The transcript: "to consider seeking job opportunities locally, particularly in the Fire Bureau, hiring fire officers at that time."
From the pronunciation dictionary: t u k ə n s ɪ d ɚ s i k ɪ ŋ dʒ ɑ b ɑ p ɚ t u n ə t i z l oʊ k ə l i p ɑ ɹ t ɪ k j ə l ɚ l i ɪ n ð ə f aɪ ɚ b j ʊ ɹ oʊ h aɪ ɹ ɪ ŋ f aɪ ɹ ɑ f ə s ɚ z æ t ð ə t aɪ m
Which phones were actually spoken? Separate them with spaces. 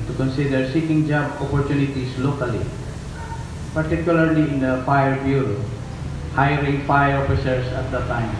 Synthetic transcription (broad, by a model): t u k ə n s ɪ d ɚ s i k ɪ ŋ dʒ ɑ b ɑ p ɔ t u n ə t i s l oʊ k ə l i p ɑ ɹ t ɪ k j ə l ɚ l i ɪ n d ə f aɪ ɚ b j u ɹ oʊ h aɪ ɹ ɪ ŋ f aɪ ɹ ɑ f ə s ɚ s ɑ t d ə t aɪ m